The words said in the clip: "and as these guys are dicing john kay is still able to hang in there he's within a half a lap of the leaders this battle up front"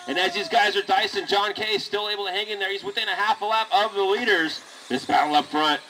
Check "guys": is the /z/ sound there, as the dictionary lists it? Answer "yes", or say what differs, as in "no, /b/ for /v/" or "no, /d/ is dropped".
yes